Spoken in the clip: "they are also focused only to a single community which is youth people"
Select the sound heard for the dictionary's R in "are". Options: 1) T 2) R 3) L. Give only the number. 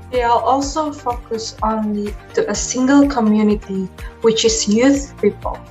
3